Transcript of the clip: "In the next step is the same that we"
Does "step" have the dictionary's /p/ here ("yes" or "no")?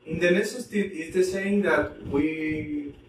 no